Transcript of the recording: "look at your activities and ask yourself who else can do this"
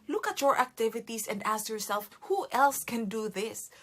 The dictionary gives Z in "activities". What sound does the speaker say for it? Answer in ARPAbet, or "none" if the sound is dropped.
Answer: S